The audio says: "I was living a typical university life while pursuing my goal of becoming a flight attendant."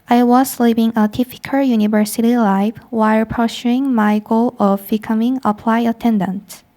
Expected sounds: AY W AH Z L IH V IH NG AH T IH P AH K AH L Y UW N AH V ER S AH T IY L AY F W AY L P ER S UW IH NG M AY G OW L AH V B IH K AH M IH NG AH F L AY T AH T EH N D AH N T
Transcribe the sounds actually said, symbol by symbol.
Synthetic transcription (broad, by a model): AY W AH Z L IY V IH NG AH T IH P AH K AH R Y UW N AH V ER S AH T IY L AY F W AY L P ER SH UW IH NG M AY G OW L AH V B IH K AH M IH NG AH P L AY AH T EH N D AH N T